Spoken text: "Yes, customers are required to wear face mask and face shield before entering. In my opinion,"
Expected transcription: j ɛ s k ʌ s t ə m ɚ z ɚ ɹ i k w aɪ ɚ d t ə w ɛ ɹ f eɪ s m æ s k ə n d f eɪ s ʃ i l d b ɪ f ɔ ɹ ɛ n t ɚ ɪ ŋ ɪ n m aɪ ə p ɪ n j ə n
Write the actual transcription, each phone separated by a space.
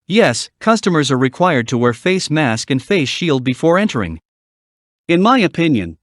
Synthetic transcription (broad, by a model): j ɛ s k ʌ s t ə m ɚ z ɚ ɹ i k w aɪ ɚ d t ə w ɛ ɹ f eɪ s m æ s k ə n f eɪ s ʃ i l d b ɪ f ɔ ɹ ɛ n t ɚ ɪ ŋ ɪ n m aɪ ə p ɪ n j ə n